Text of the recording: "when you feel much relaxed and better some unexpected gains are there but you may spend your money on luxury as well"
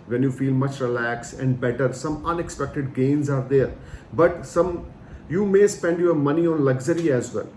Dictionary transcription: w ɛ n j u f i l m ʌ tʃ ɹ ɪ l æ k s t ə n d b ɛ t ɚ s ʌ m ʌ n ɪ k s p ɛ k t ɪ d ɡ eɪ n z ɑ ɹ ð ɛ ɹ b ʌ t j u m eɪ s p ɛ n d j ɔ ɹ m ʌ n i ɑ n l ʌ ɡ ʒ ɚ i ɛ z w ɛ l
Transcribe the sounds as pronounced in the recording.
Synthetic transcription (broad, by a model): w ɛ n j u f i l m ʌ tʃ ɹ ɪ l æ k s ə n d b ɛ t ɚ s ʌ m ʌ n ɪ k s p ɛ k t ɪ d ɡ eɪ n z ɑ ɹ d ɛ ɹ b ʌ t j u m eɪ s p ɛ n d j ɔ ɹ m ʌ n i ɑ n l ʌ ɡ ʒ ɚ i ɛ z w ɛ l